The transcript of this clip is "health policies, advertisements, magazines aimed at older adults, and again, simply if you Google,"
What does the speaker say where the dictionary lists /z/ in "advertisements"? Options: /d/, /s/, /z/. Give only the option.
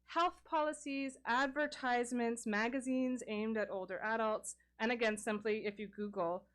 /z/